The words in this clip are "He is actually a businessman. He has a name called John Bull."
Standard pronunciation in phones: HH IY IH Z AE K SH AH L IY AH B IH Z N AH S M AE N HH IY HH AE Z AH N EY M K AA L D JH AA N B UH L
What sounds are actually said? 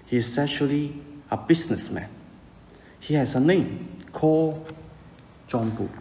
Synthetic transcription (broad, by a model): HH IY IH S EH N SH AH L IY AH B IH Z N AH S M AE N HH IY HH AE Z AH N EY M K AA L JH AA N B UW